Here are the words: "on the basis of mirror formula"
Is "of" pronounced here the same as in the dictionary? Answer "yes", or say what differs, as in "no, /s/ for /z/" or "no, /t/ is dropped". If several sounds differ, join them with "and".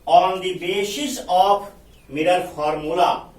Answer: no, /p/ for /v/